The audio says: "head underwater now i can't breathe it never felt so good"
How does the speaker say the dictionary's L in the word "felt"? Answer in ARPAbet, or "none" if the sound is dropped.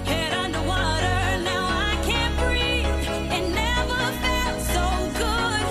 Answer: none